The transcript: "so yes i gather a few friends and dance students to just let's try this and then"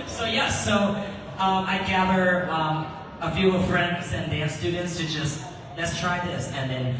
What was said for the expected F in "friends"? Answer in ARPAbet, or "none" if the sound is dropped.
F